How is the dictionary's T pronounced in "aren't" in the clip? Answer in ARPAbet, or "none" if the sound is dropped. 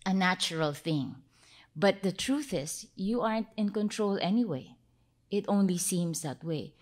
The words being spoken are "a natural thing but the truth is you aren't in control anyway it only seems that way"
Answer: T